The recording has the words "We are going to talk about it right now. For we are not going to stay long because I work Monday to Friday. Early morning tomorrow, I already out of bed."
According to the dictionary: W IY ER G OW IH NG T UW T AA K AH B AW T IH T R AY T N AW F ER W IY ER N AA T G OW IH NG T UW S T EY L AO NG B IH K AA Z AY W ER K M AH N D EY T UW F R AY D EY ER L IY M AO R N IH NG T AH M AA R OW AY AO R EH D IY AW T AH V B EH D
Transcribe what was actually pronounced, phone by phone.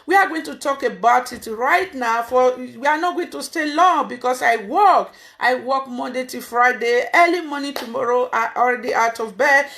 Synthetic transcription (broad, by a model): W IY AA G OW IH NG T UW T AA K AH B AW T IH T R AY T N AW F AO W IY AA N AA T G OW IH NG T UW S T EY L AO NG B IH K AA S AY W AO K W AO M D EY T UW F R AY D EY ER L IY M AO N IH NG T AH M AA R OW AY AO R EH D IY AW T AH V B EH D